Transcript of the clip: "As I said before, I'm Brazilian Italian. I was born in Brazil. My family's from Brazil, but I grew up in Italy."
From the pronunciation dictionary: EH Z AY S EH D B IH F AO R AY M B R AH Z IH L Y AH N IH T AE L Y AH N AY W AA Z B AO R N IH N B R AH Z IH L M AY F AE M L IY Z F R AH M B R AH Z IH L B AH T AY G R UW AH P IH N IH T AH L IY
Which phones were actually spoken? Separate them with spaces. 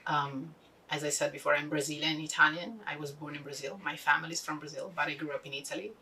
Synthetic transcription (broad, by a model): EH Z AY S EH D B IH F AO R AY M B R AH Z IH L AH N IH T AE L Y AH N AY W AA Z B AO R N IH N B R AH Z IH L M AY F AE M L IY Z F R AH M B R AH Z IH L B AH T AY G R UW AH P IH N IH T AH L IY